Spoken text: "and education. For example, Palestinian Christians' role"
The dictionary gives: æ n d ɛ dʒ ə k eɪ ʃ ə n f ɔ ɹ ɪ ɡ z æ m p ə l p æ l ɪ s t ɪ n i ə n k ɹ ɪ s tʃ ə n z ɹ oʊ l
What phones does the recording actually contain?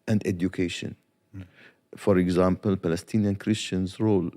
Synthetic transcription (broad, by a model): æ n d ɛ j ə k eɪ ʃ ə n f ɔ ɹ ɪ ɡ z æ m p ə l p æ l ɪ s t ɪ n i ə n k ɹ ɪ s tʃ ə n z ɹ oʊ l